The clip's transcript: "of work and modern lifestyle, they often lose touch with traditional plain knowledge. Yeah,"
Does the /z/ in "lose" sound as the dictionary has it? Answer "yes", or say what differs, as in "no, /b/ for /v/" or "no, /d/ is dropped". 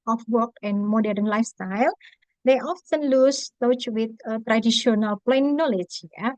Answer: no, /s/ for /z/